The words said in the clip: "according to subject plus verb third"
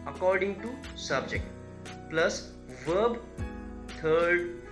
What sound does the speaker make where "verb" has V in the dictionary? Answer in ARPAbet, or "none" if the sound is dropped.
V